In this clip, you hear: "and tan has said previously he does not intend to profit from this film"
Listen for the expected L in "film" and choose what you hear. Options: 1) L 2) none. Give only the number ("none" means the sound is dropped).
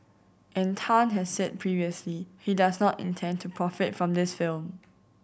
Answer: 1